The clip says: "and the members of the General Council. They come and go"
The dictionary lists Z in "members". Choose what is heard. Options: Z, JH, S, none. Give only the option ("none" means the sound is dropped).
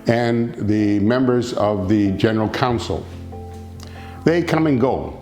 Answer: Z